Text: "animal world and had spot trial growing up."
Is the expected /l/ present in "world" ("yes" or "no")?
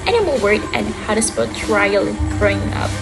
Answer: no